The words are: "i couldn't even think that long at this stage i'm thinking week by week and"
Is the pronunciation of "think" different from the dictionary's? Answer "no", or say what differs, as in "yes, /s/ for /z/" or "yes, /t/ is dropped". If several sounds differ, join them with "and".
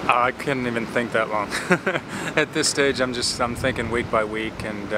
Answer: no